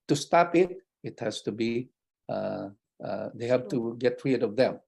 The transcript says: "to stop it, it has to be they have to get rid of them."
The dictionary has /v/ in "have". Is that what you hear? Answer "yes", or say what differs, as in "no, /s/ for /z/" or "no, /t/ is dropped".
no, /p/ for /v/